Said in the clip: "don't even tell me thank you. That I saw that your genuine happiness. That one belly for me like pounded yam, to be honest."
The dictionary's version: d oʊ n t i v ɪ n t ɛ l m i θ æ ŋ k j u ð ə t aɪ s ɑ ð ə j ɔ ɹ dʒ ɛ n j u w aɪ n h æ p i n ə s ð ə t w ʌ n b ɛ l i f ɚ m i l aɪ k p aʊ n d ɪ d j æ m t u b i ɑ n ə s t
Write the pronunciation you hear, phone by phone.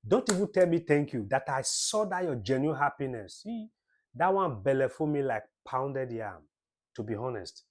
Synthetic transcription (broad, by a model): d oʊ n t i v ɪ n t ɛ l m i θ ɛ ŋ k j u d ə t aɪ s ɑ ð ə j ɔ dʒ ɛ n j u h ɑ p i n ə s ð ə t w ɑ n b ɛ l i f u m i l aɪ k p aʊ n d ɪ d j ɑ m t u b i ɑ n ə s t